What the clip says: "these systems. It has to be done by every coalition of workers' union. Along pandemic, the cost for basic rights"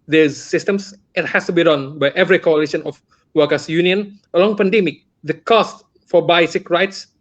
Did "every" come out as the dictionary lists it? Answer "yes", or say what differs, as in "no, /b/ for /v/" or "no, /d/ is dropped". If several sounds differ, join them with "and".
yes